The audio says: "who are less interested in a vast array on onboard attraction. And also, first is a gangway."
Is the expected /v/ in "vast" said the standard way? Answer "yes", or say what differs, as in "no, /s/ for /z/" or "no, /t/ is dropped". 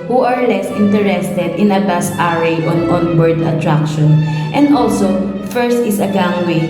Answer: no, /b/ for /v/